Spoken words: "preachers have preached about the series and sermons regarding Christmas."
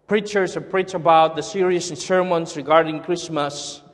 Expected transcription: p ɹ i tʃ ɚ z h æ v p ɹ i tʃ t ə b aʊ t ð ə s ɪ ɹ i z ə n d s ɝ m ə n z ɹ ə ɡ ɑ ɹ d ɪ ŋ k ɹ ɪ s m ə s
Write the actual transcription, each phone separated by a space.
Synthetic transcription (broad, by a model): p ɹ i tʃ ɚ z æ p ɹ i tʃ ə b aʊ t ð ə s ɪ ɹ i ə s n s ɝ m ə n s ɹ ə ɡ ɑ ɹ d ɪ ŋ k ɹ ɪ s m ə s